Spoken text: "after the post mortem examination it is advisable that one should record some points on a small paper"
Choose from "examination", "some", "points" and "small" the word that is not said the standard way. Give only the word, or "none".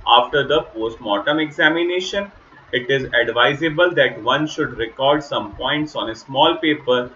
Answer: none